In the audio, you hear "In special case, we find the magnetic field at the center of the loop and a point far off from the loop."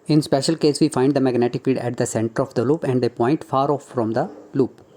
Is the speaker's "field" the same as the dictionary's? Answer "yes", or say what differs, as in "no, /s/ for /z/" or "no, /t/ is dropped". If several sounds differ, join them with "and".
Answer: no, /l/ is dropped